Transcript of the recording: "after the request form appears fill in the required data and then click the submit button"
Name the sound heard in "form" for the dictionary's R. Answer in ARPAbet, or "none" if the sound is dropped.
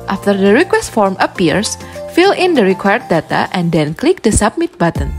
R